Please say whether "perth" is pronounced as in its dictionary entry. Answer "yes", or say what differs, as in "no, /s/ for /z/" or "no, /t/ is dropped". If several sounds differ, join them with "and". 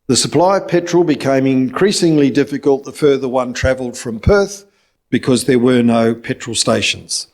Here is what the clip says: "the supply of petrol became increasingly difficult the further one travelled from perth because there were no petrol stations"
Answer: yes